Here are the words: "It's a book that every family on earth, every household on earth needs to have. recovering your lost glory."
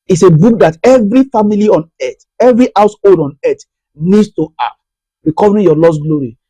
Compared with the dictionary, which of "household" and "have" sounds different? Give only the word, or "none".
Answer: have